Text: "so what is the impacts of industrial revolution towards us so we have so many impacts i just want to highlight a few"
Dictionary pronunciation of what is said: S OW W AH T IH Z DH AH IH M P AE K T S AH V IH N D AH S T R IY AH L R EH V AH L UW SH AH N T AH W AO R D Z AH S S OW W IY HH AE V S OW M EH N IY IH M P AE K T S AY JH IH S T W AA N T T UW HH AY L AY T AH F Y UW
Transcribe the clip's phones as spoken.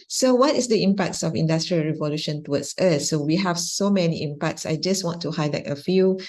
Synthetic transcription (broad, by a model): S OW W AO T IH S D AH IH M P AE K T S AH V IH N D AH S T R IY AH L R EH V AH L UW SH AH N T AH W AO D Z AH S S OW W IY HH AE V S OW M EH N IY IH M P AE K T S AY JH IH S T W AA N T T UW HH AY L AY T AH F Y UW